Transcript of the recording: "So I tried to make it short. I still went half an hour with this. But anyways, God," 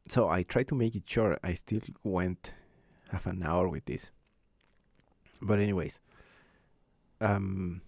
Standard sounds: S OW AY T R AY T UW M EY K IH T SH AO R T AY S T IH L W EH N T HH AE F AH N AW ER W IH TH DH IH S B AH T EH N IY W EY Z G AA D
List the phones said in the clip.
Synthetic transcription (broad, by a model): S OW AY T R AY T UW M EY K IH T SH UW R AY S T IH L W EH N T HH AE F AH N AW ER W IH DH IH S B AH T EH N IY W EY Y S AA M